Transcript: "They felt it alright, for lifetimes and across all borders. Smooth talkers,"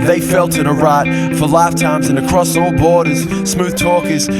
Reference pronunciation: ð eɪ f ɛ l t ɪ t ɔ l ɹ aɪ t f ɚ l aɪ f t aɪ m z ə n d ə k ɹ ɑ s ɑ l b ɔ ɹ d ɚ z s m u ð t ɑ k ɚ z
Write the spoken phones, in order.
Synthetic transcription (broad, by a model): ð eɪ f ɛ l t ɪ t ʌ ɹ aɪ t f ɚ l aɪ f t aɪ m z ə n ə k ɹ ɑ s ɑ l b ɔ ɹ d ɚ z s m u ð t ɑ k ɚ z